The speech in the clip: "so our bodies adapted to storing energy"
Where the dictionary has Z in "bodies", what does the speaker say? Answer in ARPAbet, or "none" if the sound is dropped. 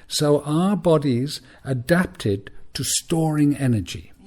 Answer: Z